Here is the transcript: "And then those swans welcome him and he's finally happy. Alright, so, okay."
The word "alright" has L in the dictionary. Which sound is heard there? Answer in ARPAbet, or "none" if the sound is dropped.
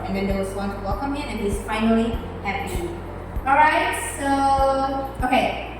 none